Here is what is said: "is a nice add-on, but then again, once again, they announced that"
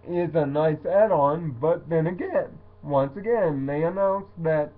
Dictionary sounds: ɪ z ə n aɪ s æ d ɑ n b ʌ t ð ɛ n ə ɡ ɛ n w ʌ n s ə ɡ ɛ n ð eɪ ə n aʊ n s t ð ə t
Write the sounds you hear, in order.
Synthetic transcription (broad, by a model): ɪ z ə n aɪ s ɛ d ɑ n b ʌ t ð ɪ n ə ɡ ɛ n w ʌ n s ə ɡ ɛ n ð eɪ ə n aʊ n s ð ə t